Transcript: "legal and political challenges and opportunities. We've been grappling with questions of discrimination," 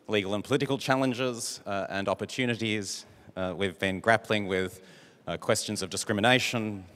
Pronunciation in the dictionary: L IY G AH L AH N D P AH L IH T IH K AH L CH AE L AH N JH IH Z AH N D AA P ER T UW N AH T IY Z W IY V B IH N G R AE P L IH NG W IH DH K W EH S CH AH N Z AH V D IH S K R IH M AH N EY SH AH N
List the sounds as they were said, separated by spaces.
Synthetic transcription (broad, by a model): L IY G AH L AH N P AH L IH T IH K AH L CH AE L AH N JH IH Z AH N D AA P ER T UW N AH T IY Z W IY V B IH N G R AE P L IH NG W IH DH K W EH S CH AH N Z AH V D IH S K R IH M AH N EY SH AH N